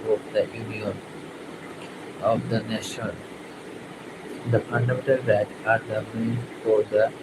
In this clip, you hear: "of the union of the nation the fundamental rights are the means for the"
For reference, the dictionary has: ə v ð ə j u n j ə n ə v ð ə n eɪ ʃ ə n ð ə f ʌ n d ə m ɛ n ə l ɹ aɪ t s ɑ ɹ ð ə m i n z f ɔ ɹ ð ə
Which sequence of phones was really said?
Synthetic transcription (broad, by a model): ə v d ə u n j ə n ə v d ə n eɪ ʃ ə n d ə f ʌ n d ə m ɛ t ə l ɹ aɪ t ɑ ɹ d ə m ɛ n f ɔ ɹ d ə